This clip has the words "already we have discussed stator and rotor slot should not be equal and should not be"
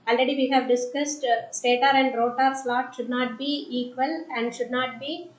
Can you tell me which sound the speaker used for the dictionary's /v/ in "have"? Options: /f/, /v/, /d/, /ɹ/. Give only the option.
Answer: /v/